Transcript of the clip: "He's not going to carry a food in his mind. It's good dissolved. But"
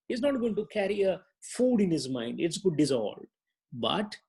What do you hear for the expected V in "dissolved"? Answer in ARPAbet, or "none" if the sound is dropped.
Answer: none